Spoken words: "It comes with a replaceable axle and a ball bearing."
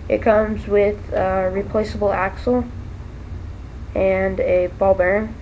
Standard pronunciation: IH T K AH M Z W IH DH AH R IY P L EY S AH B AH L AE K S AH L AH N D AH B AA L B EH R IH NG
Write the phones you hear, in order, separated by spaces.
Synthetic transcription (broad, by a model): IH T K AH M Z W IH DH AH R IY P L EY S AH B L AE K S L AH N AH B AA L B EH R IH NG